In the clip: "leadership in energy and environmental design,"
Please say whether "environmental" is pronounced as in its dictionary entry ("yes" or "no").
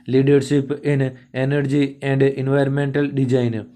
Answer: yes